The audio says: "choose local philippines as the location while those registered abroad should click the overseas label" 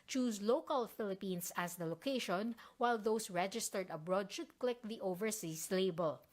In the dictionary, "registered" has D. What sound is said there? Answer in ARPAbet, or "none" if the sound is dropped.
D